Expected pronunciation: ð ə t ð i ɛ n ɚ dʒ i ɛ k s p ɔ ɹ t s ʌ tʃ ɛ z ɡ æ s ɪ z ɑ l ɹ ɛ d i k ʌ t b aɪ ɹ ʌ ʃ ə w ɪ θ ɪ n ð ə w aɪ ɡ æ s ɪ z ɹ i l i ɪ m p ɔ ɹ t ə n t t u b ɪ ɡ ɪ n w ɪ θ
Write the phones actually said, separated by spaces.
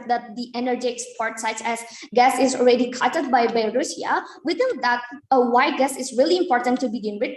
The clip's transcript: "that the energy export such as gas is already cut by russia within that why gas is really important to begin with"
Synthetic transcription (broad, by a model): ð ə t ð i ɛ n ɚ dʒ i ɛ k s p ɔ ɹ t s ʌ tʃ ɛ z ɡ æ s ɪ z ɑ l ɹ ɛ d i k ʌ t b aɪ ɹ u s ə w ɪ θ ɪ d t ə w aɪ ɡ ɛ s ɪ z ɹ i l i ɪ m p ɔ ɹ t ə n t t u b ɪ ɡ ɪ n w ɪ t